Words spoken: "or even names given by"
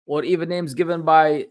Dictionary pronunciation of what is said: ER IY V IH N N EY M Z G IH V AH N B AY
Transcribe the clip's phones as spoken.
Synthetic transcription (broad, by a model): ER IY V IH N N EY M Z G IH V AH N B AY